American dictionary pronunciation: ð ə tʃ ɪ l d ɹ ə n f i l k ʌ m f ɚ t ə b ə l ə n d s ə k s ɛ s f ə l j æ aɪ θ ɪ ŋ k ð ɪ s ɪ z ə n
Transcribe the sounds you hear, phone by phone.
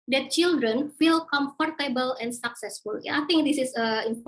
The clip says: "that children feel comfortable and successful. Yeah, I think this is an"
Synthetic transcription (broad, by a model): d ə tʃ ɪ l d ɹ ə n f i l k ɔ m f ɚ t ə b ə l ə n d s ə k s ɛ s f ə l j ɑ aɪ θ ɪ ŋ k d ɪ s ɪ s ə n